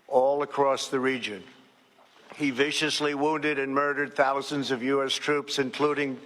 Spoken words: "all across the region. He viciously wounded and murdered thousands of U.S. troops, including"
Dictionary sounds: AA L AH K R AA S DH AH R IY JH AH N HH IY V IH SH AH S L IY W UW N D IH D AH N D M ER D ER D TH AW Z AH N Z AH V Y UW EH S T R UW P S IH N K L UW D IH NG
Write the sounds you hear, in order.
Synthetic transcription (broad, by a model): AA L AH K R AA S DH AH R IY JH AH N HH IY V IH SH AH S L IY W UW N D IH D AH N M ER D ER D TH AW Z AH N Z AH V Y UW EH S T R UW P S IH N K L UW D IH NG